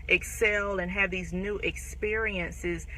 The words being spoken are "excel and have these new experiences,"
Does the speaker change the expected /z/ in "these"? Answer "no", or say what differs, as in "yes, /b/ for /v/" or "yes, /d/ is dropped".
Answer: no